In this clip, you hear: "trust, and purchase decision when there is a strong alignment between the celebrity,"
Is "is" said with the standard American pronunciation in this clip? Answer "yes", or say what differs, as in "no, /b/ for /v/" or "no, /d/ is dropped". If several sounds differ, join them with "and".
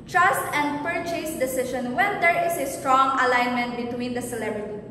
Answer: no, /s/ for /z/